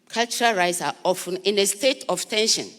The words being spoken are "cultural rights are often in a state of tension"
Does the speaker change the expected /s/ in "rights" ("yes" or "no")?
no